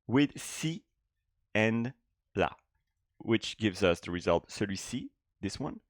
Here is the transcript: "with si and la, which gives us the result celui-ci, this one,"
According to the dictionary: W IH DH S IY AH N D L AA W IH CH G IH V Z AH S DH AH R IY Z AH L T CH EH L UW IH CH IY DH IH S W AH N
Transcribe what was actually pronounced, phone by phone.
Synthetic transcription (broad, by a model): W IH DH S IY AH N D L AA W IH CH G IH V Z AH S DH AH R IY Z AH L T S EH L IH S IY DH IH S W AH N